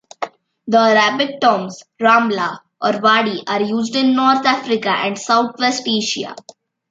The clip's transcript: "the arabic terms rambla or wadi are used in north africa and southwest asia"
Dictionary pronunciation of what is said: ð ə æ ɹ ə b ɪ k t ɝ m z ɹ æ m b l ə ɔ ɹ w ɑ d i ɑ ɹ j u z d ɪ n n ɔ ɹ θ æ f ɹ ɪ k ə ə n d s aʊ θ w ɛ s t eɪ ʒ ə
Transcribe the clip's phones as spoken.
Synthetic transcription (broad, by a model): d ə ɹ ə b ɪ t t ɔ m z ɹ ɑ m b l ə ɔ ɹ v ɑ d i ɑ ɹ j u z d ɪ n n ɔ ɹ t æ f ɹ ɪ k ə ə n d s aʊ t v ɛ s t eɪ ʃ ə